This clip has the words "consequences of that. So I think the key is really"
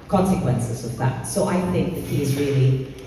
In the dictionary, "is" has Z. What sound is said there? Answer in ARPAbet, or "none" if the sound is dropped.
Z